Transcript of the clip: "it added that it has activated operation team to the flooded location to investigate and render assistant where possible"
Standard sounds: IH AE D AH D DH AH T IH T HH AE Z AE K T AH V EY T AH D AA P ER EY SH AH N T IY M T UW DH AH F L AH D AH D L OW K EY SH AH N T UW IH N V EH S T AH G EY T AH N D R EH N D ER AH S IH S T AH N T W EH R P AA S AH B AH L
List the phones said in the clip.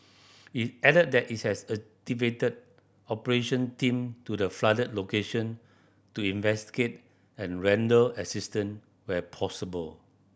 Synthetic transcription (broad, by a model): IH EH D AH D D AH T IH T HH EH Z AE T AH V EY T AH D AA P ER EY SH AH N T IY M T UW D AH F L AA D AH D L OW K EY SH AH N T UW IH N V EH S T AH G EY T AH N R EH N D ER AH S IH S T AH N W EH P AA S AH B AH L